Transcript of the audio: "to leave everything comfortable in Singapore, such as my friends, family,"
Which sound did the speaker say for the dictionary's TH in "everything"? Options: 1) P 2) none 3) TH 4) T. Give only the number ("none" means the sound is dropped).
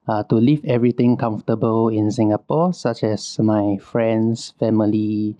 4